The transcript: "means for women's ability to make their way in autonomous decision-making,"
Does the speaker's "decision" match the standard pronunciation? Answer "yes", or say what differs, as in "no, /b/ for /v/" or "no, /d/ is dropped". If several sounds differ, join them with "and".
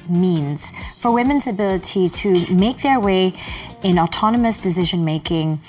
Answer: yes